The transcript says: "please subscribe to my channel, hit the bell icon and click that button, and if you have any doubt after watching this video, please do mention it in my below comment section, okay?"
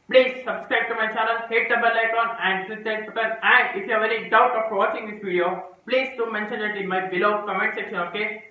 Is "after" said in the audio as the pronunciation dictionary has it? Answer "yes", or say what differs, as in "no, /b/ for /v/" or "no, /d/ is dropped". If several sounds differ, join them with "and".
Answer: no, /p/ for /f/